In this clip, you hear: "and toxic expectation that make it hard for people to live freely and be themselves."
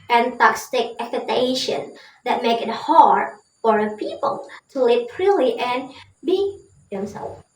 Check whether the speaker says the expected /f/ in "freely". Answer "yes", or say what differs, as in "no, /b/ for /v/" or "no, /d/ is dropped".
no, /p/ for /f/